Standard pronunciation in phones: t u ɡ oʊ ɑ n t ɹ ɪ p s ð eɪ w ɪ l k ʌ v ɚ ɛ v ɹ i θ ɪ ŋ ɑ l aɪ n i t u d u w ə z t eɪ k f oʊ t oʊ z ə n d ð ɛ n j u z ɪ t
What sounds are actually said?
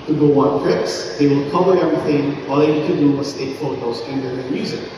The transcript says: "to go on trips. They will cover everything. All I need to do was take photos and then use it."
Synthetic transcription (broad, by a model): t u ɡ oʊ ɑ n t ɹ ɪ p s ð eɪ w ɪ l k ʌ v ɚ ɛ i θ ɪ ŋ ɑ l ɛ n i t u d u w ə s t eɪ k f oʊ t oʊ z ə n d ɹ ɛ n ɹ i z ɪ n